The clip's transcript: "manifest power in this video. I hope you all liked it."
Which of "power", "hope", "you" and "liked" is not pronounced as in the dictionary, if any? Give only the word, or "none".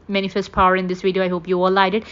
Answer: liked